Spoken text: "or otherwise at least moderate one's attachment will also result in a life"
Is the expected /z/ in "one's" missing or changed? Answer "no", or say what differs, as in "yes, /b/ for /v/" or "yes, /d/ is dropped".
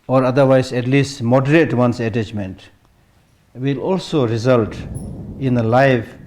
yes, /s/ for /z/